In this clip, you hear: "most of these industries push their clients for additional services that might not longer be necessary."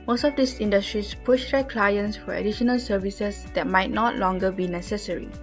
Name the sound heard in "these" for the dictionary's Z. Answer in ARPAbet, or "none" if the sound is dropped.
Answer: S